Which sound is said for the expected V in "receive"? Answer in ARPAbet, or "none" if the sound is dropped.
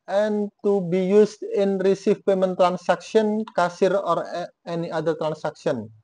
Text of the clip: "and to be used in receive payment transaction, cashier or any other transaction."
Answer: F